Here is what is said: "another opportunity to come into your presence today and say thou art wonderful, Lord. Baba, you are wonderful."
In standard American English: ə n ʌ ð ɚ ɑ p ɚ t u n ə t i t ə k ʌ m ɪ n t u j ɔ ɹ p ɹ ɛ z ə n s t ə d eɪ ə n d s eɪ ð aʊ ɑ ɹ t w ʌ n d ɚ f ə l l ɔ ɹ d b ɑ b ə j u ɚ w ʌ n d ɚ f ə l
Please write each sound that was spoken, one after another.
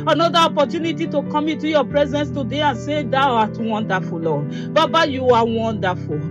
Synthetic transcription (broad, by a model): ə n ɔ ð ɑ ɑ p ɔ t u n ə t i t ə k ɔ m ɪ t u j ɔ p ɹ ɛ z ə n s t ə d eɪ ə n s eɪ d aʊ ɑ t w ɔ n d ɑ f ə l l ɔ b ɑ b ə j u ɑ w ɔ n d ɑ f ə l